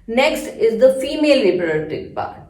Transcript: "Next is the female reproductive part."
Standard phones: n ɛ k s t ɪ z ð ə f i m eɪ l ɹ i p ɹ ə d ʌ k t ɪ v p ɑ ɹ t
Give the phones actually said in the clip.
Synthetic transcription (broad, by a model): n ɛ k s t ɪ z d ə f i m eɪ l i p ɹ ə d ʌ t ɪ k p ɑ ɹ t